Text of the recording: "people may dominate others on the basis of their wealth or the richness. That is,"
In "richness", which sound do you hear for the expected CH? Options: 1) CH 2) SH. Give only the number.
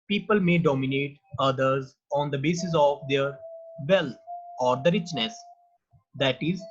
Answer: 1